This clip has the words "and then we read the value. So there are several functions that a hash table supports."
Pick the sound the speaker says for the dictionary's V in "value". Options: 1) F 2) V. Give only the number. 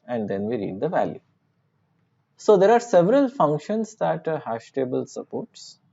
2